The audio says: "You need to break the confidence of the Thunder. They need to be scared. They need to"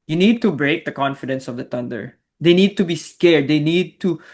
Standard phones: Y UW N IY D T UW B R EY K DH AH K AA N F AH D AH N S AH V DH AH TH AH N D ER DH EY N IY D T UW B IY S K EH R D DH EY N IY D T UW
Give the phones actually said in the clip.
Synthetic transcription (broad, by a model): Y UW N IY D T UW B R EY K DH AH K AA N F AH D AH N S AH V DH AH T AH N D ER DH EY N IY D T UW B IY S K EH R D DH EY N IY D T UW